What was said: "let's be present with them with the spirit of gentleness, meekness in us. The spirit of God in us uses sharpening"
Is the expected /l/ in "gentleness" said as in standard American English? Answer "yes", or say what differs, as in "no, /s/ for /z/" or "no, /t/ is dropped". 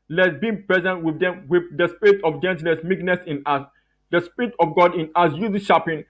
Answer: no, /l/ is dropped